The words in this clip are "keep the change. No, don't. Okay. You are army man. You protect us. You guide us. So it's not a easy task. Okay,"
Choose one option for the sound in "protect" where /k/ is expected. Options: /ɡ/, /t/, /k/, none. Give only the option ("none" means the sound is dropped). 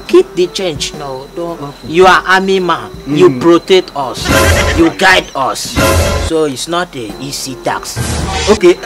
none